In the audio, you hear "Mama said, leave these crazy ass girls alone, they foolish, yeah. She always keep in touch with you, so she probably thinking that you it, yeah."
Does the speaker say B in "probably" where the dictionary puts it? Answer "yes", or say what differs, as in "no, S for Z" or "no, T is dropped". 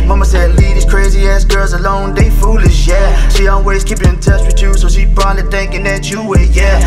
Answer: no, B is dropped